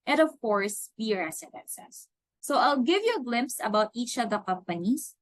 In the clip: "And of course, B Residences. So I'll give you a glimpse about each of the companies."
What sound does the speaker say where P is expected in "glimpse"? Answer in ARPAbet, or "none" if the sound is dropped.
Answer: P